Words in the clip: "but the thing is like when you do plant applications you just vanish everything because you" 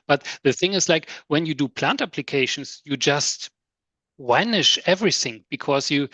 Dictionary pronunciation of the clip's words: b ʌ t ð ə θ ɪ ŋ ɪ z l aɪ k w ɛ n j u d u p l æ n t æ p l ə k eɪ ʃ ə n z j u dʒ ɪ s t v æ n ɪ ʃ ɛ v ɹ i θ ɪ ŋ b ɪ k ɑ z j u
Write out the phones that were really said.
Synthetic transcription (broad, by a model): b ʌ t ð ə θ ɪ ŋ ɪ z l aɪ k w ɛ n j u d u p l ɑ n t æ p l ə k eɪ ʃ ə n s j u dʒ ɪ s t w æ n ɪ ʃ ɛ v ɹ i θ ɪ ŋ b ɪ k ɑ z j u